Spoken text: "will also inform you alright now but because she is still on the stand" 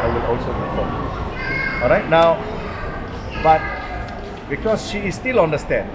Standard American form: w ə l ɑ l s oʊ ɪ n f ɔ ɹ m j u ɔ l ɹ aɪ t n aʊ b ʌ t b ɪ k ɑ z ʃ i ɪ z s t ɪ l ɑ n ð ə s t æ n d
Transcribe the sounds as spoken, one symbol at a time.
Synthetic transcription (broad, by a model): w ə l ɑ l s oʊ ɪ f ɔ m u ɔ l ɹ aɪ t n aʊ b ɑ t b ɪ k ɑ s ʃ i s t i l ɑ n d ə s t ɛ n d